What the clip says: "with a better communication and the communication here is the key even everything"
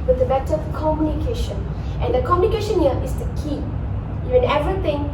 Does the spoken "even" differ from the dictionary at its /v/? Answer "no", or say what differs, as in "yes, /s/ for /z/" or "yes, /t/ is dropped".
yes, /v/ is dropped